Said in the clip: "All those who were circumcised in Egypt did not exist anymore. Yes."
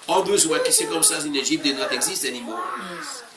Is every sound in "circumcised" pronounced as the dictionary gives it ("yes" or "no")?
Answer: no